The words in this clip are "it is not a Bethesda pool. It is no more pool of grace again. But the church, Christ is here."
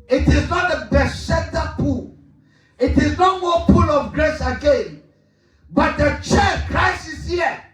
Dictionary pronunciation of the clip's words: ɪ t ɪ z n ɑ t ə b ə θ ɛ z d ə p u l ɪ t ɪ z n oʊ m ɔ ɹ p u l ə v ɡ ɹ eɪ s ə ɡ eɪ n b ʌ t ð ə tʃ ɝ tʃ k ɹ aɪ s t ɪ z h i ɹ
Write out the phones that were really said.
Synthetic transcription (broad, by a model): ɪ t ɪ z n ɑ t ə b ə s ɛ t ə p u l ɪ t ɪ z n oʊ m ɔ p u l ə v ɡ ɹ eɪ s ə ɡ eɪ n b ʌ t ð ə tʃ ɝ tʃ k ɹ aɪ s ɪ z h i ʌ